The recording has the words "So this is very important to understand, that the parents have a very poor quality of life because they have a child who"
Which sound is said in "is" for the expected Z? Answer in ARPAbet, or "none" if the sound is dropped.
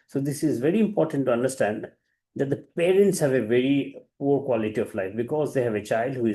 Z